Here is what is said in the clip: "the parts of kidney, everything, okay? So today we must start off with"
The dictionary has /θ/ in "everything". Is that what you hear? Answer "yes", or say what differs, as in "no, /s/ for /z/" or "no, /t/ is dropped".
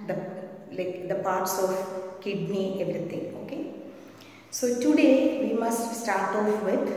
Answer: no, /t/ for /θ/